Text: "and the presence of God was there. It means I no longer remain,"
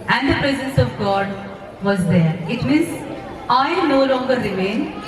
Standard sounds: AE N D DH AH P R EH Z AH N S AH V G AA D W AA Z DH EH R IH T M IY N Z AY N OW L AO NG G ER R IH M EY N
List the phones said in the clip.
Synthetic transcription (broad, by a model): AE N D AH P R EH Z AH N S AH V G AA D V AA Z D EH R IH T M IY Z AY N OW L AO NG G ER R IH M EY N